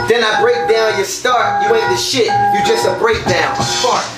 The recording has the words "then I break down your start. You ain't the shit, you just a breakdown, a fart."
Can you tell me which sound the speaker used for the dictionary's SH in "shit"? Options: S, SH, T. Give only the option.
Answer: SH